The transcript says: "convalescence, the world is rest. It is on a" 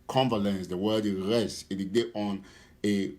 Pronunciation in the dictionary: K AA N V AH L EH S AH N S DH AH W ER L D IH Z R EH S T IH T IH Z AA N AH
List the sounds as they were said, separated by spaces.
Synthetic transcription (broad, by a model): K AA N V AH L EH N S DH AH W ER D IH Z R EH S T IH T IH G AA N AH